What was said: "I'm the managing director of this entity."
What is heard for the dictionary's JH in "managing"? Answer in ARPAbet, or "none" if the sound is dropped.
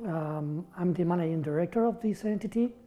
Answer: none